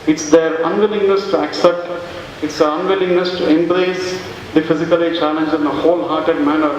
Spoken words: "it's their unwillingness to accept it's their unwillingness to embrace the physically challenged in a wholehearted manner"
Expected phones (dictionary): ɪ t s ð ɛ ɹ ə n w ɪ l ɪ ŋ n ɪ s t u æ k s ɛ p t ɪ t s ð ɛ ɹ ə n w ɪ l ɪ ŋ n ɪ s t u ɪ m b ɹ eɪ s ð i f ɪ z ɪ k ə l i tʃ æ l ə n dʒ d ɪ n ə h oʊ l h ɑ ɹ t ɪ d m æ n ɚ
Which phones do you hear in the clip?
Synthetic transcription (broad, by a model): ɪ t s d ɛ ɹ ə n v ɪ l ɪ ŋ n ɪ s t u æ k s ɛ p t ɪ t s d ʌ ɹ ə n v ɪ l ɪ ŋ n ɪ s t u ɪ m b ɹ eɪ s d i f ɪ z ɪ k ə l i tʃ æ l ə n dʒ ɪ n ə h oʊ l h ɑ ɹ t ɪ d m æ n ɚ